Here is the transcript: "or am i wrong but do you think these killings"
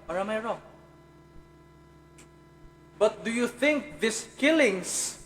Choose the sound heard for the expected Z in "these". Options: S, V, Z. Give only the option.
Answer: S